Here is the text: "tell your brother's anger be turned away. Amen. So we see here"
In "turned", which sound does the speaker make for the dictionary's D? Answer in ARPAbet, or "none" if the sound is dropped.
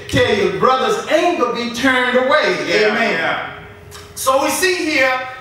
D